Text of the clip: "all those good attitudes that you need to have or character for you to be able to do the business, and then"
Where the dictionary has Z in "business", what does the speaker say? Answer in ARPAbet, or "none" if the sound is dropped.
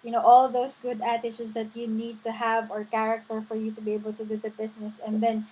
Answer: S